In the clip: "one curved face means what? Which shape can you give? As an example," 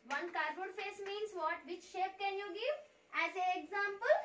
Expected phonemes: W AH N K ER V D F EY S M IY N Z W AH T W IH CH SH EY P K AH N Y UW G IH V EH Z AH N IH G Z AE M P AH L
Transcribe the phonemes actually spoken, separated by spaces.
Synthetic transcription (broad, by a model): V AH N K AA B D F EY S M IY N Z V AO T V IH CH SH EY P K AH N Y UW G IH V EH Z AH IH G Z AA M P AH L